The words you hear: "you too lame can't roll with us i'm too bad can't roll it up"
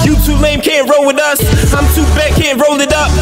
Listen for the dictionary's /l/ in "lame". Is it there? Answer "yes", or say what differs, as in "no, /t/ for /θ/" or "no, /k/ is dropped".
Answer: no, /n/ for /l/